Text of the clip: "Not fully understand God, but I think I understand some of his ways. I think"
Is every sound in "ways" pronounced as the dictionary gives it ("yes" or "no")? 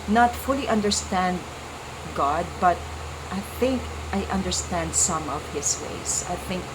no